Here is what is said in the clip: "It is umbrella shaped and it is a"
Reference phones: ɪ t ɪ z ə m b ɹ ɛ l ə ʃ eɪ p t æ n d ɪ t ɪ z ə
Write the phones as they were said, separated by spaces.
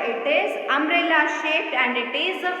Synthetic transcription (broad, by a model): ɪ t ɪ z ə m ɹ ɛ l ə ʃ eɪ t æ n d ɪ t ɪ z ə